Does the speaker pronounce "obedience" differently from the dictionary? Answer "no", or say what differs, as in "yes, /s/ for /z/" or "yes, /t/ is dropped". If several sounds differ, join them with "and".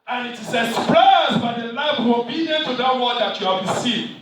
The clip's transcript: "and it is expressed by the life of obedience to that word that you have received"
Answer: yes, /s/ is dropped